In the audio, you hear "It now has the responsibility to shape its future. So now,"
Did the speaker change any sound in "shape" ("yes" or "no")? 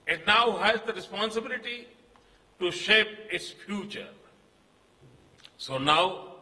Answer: no